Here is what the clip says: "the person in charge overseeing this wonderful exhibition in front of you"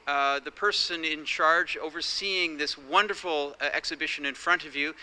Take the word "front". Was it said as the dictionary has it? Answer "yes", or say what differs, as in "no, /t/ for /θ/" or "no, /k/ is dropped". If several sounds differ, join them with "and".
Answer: yes